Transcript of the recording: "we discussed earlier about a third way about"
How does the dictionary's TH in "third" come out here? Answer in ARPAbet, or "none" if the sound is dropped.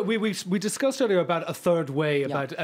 TH